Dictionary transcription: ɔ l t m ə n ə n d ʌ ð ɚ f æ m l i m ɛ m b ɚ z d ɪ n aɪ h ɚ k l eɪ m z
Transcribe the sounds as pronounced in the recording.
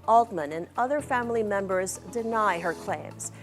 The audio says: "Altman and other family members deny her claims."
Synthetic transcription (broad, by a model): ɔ l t m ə n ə n ʌ ð ɚ f æ m l i m ɛ m b ɚ z d ɪ n aɪ h ɚ k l eɪ m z